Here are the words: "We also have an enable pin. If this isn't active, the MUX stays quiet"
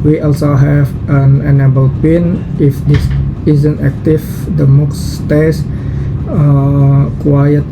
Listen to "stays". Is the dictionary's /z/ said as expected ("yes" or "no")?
no